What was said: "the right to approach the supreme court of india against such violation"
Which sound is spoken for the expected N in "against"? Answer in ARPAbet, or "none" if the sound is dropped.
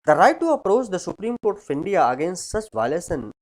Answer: N